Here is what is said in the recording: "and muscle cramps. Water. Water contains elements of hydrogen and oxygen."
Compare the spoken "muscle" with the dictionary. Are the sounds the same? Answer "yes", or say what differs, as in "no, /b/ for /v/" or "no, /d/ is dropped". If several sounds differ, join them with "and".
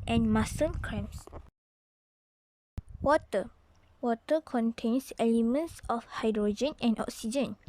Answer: no, /n/ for /l/